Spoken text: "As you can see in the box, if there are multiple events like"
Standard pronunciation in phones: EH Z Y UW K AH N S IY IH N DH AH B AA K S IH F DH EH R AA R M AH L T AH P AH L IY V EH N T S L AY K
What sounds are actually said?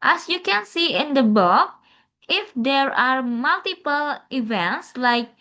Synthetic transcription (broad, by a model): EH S Y UW K AH N S IY IH N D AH B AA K IH F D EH R AA R M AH L T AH P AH L IY V EH N T S L AY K